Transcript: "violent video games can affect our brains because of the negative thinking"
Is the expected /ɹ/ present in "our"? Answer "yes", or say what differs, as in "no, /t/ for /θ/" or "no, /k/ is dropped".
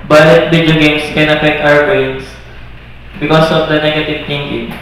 no, /w/ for /ɹ/